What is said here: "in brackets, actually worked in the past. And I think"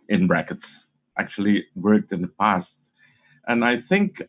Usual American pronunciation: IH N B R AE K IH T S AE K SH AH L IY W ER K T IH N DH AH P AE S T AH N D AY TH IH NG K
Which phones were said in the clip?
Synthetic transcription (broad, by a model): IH N R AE K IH T S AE K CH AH L IY W ER K T IH N DH AH P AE S T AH N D AY TH IH NG K